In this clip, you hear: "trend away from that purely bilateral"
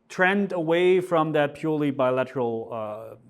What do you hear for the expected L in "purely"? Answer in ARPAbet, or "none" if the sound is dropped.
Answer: L